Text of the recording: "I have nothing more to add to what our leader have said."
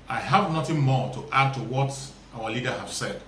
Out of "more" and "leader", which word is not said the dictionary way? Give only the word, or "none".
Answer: none